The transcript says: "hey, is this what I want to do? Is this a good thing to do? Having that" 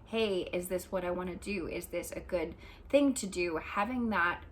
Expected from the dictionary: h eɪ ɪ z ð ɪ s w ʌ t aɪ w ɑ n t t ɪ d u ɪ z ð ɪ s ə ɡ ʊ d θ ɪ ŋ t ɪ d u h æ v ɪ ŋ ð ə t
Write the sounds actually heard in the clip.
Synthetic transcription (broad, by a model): h eɪ ɪ z ð ɪ s w ʌ t aɪ w ɑ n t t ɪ d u ɪ z ð ɪ s ə ɡ ʊ d θ ɪ ŋ t ɪ d u h æ v ɪ ŋ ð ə t